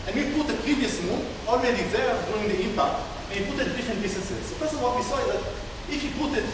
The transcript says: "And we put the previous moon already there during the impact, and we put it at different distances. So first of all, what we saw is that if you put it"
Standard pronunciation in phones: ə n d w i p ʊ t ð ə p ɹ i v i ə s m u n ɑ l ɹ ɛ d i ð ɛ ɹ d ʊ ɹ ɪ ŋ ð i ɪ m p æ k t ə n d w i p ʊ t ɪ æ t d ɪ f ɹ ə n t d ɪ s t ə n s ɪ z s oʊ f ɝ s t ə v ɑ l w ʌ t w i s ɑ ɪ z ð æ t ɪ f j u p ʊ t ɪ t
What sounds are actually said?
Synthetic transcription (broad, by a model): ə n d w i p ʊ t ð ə p ɹ i v i ə s m u n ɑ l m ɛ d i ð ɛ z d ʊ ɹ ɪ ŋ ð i ɪ m p æ k t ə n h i p ʊ t ɪ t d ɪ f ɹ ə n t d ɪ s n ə s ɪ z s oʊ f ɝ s ə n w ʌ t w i s ɑ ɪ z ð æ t ɪ f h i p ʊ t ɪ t